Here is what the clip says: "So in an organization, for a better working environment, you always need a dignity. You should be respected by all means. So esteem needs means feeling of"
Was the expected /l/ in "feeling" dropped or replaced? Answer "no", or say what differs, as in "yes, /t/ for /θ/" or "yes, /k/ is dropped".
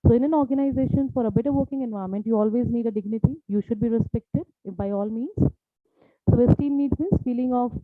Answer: no